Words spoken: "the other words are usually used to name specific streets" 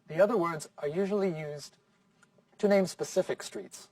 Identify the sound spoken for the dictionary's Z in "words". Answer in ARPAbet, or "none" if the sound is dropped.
Z